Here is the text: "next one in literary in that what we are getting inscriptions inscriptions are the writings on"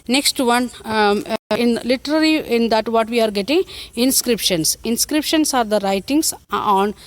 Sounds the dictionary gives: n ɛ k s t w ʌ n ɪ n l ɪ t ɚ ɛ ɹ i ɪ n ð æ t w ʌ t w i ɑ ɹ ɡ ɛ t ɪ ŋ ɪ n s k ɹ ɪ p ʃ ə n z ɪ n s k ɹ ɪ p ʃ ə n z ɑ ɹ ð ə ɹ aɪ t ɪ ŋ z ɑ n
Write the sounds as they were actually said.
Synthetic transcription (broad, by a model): n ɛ k s t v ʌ n ɪ n l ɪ t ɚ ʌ l i ɪ n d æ t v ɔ t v i ɑ ɹ ɡ ɛ t ɪ ŋ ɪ n s k ɹ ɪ p ʃ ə n s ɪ n s k ɹ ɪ p ʃ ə n s ɑ ɹ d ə ɹ aɪ t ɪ ŋ s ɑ n